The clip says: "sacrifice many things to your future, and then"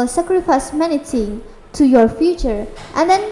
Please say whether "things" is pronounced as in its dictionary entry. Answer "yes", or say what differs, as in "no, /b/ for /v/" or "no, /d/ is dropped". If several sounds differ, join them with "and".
no, /t/ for /θ/ and /z/ is dropped